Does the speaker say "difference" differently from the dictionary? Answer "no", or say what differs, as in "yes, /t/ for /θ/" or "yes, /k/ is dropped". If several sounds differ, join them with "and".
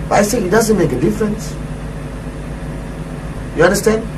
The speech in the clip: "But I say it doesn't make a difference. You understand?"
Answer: no